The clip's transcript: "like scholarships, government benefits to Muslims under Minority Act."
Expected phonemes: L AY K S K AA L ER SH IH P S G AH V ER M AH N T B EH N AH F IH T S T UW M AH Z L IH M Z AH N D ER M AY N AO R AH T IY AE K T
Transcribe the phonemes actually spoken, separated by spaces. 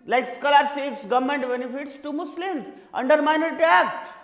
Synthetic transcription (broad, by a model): L AY K S K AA L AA S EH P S G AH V M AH N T B EH N AH F IH T S T UW M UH S L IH M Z AH N D ER M AY N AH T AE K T